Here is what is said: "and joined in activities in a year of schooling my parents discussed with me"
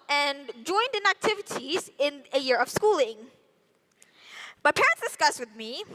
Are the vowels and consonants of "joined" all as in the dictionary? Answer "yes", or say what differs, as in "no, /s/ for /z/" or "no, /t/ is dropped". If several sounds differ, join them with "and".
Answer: yes